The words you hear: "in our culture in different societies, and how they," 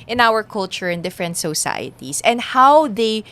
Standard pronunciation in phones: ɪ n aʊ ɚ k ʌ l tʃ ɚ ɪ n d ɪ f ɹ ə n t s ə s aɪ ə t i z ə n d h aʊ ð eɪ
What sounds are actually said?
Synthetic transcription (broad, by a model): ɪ n aʊ ɚ k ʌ l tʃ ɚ ɪ n d ɪ f ɹ ə n t s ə s aɪ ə t i s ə n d h aʊ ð eɪ